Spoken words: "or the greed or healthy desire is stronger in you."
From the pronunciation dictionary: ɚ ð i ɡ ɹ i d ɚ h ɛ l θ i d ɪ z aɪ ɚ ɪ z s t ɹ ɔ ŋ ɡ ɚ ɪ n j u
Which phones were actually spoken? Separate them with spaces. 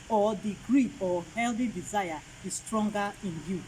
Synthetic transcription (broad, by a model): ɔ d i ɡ ɹ i ɔ h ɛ l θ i d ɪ z aɪ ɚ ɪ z s t ɹ ɔ ŋ ɡ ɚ ɪ n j u